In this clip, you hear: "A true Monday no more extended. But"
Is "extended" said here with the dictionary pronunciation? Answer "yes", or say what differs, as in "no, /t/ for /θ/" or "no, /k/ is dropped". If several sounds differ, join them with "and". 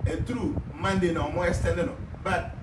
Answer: no, /k/ is dropped